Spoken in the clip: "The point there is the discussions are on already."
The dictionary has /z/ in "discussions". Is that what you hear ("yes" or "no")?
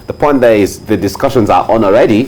yes